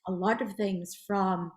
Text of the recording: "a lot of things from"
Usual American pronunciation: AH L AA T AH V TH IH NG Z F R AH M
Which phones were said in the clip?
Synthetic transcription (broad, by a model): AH L AA T AH V TH IH NG Z F R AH M